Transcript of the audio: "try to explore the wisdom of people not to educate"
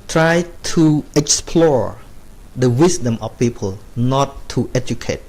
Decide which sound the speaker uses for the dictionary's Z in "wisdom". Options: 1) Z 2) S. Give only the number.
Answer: 2